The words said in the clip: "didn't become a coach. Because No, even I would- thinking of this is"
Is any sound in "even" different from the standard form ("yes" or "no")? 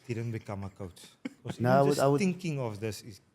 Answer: yes